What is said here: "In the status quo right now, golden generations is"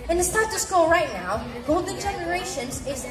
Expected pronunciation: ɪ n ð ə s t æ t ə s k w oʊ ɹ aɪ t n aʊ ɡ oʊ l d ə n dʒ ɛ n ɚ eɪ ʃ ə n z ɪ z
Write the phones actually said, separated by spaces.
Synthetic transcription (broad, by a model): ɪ n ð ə s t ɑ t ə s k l ɹ aɪ t n aʊ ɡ oʊ l d n dʒ ɛ n ɚ eɪ ʃ ə n z ɪ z